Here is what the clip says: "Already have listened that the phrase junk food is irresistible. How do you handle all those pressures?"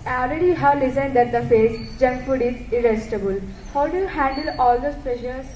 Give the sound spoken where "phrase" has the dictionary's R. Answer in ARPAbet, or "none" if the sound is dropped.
none